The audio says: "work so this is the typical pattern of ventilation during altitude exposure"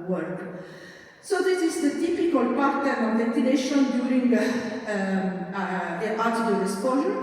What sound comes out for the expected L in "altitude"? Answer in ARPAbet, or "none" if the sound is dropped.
none